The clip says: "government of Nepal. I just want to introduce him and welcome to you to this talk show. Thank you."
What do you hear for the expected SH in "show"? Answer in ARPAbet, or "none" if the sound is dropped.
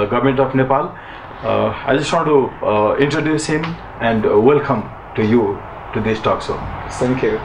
S